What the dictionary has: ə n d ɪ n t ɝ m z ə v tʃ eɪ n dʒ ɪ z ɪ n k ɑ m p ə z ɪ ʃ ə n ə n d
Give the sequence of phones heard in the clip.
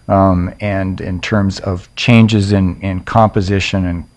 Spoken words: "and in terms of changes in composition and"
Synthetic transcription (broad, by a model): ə n ɪ n t ɝ m z ə v tʃ eɪ n dʒ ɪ z ɪ n k ɑ m p ə z ɪ ʃ ə n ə n